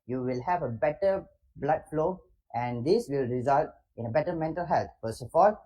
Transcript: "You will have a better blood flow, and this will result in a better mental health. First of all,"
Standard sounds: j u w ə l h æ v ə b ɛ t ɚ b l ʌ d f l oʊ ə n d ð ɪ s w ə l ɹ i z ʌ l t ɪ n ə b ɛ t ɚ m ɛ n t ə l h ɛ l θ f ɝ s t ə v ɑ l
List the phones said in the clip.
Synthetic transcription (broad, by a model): j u w ə l h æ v ə b ɛ t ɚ b l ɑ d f l oʊ ə n d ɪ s w ə l ɹ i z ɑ l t ɪ n ə b ɛ t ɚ m ɛ n t ə l h ɛ l t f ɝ s ə f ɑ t